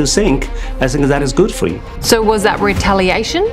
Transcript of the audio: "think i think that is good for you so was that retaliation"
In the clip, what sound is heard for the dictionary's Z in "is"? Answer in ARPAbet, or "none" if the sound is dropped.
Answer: Z